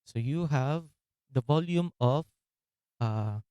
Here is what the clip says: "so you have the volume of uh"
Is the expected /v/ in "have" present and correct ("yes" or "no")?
yes